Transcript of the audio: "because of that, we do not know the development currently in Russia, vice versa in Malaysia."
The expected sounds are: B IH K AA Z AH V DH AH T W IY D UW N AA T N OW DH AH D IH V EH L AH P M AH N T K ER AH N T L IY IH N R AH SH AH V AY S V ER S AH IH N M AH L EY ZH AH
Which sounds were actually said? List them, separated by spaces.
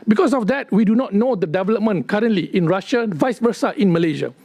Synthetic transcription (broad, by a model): B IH K AA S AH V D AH T W IY D UW N AA T N OW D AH D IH V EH L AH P M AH N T K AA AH N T L IY IH N R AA SH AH V AY S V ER S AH IH N M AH L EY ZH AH